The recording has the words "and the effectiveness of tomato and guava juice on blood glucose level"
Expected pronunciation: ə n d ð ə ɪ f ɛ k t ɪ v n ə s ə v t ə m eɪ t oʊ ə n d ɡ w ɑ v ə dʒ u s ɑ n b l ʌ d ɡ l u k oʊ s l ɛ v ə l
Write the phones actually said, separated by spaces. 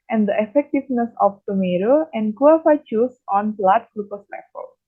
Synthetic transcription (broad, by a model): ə n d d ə ɪ f ɛ k t ɪ v n ə s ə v t ə m eɪ t oʊ ə n d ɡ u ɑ f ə tʃ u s ɑ n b l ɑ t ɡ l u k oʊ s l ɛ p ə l